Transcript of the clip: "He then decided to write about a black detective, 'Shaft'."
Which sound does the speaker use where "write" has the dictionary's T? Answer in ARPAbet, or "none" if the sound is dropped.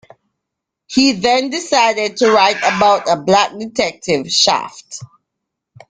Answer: T